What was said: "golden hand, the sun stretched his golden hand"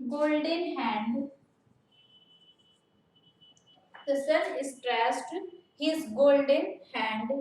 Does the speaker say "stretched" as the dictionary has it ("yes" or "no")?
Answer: no